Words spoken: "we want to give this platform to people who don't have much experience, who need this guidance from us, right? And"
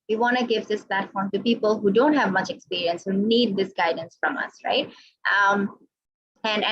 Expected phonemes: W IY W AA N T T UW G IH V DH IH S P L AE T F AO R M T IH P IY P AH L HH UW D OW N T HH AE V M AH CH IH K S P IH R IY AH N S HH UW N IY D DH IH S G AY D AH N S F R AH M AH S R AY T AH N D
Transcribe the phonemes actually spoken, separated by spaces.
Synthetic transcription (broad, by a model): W IY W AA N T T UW G IH V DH IH S P L AE T F AO R M T IH P IY P AH L HH UW D OW N T HH AE V M AH CH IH K S P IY R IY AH N S HH UW N IY D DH IH S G AY D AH N S F R AH M AH S R AY T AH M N